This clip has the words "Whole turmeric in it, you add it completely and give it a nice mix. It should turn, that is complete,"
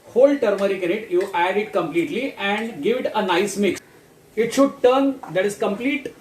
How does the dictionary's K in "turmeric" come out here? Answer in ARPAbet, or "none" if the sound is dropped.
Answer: K